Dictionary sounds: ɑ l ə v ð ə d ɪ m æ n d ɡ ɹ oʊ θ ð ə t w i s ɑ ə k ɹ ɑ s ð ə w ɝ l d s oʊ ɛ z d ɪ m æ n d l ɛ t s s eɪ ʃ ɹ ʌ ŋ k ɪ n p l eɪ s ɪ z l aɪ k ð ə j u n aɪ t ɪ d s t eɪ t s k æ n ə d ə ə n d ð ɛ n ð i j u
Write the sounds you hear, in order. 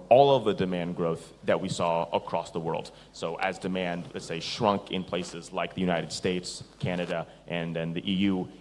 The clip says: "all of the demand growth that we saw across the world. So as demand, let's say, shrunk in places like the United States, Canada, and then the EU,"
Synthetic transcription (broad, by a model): ɑ l ə v ð ə d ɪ m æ n ɡ ɹ oʊ θ ð ə t w i s ɑ ə k ɹ ɑ s ð ə w ɝ l d s oʊ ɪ z d ɪ m æ n d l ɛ t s s eɪ ʃ ɹ ʌ ŋ k ɪ n p l eɪ s ɪ z l aɪ k ð ə j u n aɪ t ɪ d s t eɪ t s k æ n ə d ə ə n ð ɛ n ð i j u